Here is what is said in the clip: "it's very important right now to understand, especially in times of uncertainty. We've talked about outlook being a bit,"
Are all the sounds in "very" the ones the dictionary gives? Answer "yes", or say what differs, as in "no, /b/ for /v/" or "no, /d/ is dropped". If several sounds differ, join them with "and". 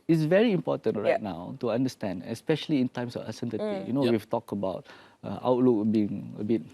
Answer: yes